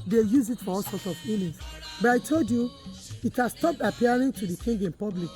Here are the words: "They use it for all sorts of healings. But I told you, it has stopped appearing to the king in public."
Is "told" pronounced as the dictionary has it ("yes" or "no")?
yes